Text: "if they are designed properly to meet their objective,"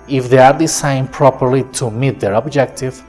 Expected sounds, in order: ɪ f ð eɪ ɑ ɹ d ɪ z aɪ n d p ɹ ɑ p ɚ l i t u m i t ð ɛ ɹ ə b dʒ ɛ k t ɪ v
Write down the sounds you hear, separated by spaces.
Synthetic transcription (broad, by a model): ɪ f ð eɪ ɑ ɹ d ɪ s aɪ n p ɹ ɑ p ɚ l i t u m i t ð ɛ ɹ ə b dʒ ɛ k t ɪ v